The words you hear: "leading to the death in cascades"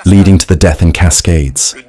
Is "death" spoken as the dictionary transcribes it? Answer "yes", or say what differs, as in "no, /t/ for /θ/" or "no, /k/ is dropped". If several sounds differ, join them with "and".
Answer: yes